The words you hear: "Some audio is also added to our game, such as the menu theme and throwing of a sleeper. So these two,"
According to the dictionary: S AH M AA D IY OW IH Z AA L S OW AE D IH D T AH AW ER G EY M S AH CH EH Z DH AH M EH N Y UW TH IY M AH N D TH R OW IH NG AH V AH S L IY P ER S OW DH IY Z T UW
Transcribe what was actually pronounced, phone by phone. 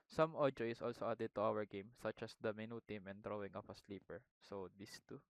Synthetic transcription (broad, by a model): S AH M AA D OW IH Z AA L S OW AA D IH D T AH AW ER G EY M S AH CH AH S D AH M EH N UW T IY M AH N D R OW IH NG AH P AH S L IY P ER S OW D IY S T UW